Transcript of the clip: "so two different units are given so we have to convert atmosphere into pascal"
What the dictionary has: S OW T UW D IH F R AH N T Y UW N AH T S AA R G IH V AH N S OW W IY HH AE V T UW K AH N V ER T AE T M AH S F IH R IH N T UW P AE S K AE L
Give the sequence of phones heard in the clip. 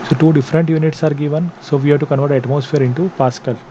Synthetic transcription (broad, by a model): S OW T UW D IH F R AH N T Y UW N AH T S AA R G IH V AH N S OW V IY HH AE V T UW K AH N V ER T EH T M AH S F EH R IH N T UW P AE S K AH L